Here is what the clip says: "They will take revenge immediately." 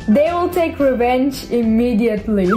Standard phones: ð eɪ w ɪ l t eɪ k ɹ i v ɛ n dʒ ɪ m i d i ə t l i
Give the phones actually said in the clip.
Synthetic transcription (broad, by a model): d eɪ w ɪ l t eɪ k ɹ i v ɛ n dʒ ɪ m i d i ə t l i